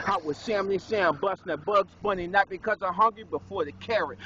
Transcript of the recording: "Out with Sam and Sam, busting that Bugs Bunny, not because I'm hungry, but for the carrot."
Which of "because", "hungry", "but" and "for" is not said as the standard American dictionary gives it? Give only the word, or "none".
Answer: none